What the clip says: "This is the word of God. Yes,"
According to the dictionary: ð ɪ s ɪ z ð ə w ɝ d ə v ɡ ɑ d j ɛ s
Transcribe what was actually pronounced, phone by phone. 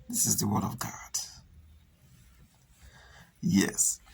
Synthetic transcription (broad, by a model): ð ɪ s ɪ z ð ə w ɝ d ə v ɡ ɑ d j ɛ s